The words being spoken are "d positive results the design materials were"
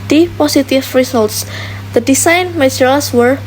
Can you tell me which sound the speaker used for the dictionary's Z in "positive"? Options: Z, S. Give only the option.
S